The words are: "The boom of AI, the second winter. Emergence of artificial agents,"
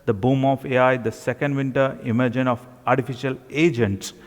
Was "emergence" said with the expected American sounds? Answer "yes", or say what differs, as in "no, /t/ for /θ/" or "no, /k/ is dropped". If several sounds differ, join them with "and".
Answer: no, /s/ is dropped